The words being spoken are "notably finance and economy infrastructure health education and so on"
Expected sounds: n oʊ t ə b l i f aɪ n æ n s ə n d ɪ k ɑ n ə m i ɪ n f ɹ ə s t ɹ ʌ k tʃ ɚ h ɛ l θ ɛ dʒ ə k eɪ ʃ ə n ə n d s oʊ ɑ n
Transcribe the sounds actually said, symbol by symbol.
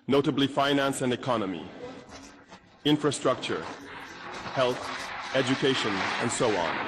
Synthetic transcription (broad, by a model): n oʊ t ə b l i f aɪ n æ n s ə n d ɪ k ɑ n ə m i ɪ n f ɹ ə s t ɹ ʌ k tʃ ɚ h ɛ l θ ɛ dʒ ə k eɪ ʃ ə n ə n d s oʊ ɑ n